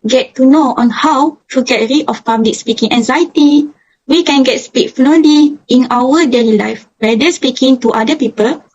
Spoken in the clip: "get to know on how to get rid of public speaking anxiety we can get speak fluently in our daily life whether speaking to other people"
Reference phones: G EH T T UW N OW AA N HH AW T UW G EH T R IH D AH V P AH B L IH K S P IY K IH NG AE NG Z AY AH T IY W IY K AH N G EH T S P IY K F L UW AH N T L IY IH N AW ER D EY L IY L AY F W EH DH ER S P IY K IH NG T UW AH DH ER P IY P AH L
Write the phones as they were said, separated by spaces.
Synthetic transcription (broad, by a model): G EH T T UW N OW AA N HH AW T UW G EH T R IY AH F P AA B L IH K S P IY K IH NG AE NG Z AY AH T IY W IY K AH N G EH T S P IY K F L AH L IY IH N AW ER D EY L IY L AY F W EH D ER S P IY K IH NG T UW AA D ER P IY P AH L